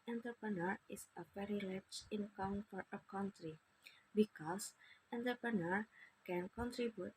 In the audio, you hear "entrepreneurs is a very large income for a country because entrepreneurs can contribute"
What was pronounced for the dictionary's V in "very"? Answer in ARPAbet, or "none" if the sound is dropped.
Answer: P